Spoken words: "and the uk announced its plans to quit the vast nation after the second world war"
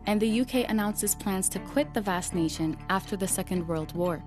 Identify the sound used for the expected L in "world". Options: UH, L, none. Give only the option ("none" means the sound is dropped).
L